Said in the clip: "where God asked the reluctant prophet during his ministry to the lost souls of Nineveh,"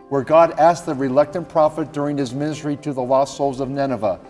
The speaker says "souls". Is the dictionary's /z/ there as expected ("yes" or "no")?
yes